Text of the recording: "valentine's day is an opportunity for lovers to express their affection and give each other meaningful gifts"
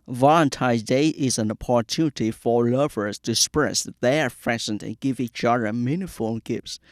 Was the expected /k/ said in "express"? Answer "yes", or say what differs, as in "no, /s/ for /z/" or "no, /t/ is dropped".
no, /k/ is dropped